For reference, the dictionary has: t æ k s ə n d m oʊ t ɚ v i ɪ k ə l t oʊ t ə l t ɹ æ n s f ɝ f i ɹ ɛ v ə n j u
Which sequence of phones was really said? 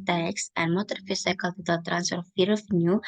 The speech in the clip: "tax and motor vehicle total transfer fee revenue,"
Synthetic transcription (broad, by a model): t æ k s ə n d m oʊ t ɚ f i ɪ k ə l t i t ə l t ɹ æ n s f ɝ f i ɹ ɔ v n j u